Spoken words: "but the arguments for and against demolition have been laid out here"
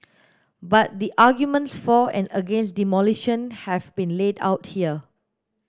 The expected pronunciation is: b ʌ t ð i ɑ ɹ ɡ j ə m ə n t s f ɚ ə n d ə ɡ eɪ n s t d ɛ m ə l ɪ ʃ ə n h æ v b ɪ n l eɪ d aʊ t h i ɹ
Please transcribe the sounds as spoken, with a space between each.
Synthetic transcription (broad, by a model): b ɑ t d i ɑ ɡ j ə m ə n t s f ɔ ə n d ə ɡ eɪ n s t d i m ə l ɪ ʃ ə n h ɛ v b ɪ n l eɪ d aʊ t h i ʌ